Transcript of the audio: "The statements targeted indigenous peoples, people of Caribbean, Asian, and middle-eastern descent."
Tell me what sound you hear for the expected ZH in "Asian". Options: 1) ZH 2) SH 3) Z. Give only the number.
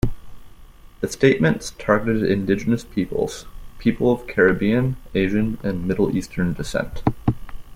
1